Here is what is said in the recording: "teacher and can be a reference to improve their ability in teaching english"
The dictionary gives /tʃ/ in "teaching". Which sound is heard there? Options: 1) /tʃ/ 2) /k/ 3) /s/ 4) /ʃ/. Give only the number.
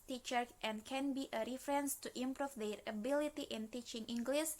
1